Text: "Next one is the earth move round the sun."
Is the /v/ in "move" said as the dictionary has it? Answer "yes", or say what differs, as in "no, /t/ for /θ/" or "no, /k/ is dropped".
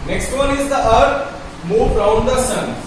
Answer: no, /b/ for /v/